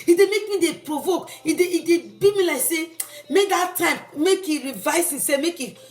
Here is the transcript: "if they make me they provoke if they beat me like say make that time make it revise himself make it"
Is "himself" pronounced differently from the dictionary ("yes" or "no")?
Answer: yes